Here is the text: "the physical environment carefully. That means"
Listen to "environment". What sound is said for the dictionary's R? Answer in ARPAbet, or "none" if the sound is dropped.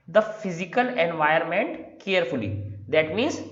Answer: none